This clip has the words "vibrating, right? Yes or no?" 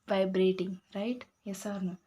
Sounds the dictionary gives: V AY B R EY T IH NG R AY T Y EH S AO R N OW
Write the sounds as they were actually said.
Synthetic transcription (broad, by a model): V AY B R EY T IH NG R AY T Y EH S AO R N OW